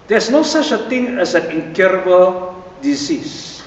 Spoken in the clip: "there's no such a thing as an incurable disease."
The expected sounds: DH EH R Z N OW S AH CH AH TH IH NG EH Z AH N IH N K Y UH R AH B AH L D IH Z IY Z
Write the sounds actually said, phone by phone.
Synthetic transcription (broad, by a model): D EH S N OW S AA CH AH T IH NG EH S AH N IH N K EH R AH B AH L D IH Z IY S